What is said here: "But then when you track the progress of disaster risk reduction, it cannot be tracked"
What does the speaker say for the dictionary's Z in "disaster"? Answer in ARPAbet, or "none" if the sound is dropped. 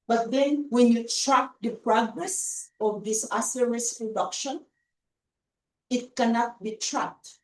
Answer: S